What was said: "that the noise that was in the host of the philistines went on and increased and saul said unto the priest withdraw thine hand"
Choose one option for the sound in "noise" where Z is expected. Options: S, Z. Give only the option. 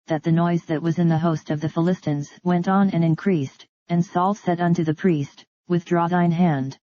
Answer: Z